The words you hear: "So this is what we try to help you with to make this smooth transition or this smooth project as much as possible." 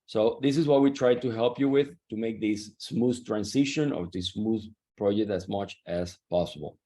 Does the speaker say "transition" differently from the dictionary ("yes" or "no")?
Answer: yes